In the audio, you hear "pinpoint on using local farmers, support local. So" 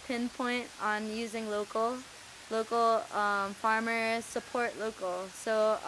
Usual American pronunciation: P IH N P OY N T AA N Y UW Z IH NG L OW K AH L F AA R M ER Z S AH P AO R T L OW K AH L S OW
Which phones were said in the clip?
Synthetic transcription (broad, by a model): P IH N P OY N T N Y UW Z IH NG L OW K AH L F AA R M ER S AH P AO R T L OW K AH L S OW